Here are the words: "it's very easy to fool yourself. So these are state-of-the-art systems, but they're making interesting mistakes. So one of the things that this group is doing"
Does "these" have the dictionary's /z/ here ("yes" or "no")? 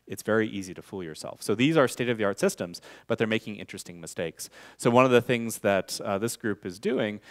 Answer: yes